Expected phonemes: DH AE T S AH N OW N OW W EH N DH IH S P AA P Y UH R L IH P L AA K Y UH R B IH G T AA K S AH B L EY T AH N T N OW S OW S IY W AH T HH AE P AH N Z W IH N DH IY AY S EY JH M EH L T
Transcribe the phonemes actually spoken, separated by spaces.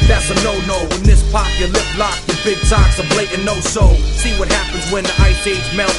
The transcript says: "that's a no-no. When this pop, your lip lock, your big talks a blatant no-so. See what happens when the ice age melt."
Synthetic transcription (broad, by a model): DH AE T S AH N OW N OW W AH N DH IH S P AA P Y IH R L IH F L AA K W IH B IH G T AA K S AH B L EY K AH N N OW S OW S IY W AH T HH AE P AH N Z W IH N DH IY AY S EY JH M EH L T